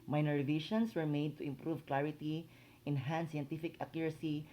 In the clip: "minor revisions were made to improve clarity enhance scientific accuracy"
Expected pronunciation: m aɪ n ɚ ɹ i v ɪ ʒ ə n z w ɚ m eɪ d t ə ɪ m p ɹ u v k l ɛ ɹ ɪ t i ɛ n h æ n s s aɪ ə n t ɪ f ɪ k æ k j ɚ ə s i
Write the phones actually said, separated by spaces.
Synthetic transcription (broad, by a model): m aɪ n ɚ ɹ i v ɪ ʃ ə n s w ɚ m eɪ d t ə ɪ m p ɹ u v k l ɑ ɹ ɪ t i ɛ n h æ n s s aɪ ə n t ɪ f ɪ k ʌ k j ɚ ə s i